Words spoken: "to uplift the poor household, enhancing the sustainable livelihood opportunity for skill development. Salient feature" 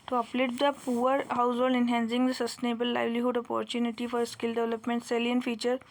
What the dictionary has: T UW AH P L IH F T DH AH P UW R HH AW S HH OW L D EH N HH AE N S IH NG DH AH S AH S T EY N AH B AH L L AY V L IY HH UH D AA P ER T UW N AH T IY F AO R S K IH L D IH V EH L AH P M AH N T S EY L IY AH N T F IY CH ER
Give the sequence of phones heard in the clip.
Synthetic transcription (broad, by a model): T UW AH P L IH T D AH P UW R HH AW S HH OW L D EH N HH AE N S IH NG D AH S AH S T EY N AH B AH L L AY V L IY HH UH D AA P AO T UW N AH T IY F AO R S K IH L D IH V EH L AH P M AH N T S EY L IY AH N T F IY CH ER